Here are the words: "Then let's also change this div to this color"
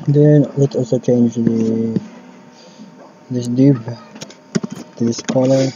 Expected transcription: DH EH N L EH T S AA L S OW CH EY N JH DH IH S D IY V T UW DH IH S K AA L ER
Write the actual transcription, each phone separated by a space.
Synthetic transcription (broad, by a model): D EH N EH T AA L S OW CH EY N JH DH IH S D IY B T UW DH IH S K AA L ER